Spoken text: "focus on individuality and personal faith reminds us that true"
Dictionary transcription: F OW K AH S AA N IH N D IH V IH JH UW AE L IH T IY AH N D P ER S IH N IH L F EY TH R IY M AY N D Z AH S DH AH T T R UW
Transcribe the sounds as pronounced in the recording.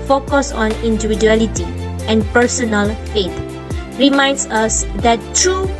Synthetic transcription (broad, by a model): F OW K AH S AA N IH N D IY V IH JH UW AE L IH T IY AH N P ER S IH N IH L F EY T R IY M AY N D S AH S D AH T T R UW